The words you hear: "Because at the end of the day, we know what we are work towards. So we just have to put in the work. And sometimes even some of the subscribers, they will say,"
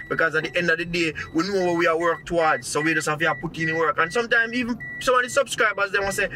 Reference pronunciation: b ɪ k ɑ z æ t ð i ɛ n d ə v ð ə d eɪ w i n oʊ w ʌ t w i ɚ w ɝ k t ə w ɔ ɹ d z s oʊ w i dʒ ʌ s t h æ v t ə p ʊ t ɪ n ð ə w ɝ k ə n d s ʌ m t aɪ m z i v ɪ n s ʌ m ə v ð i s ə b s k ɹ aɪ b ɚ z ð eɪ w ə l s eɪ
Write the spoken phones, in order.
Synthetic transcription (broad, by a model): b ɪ k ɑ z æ t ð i ɛ n d ə v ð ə d eɪ w i n oʊ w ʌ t w i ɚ w ɝ k t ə w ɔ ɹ d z s oʊ w i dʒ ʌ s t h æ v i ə p ʊ t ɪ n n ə w ɝ k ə n s ʌ m t aɪ m z i v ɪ n s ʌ m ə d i s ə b s k ɹ aɪ b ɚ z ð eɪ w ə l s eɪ